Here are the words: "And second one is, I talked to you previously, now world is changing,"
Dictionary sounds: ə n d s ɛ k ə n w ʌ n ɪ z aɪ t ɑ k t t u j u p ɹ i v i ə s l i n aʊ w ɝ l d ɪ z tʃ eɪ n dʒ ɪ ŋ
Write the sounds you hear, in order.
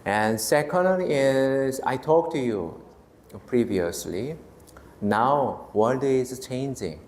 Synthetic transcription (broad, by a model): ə n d s ɛ k ə n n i ɪ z aɪ t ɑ k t t u j u p ɹ i v i ə s l i n aʊ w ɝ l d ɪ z tʃ eɪ n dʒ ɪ ŋ